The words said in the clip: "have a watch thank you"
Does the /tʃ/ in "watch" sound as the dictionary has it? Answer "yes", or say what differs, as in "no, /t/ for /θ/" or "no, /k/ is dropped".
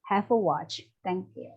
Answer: yes